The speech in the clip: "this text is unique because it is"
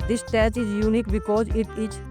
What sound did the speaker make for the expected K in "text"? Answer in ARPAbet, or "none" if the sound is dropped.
none